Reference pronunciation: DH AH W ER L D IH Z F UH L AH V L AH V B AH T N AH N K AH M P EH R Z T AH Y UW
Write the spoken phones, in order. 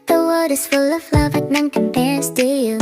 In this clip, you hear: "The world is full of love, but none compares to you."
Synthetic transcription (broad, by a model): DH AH W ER D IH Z F UH L AH V L AH V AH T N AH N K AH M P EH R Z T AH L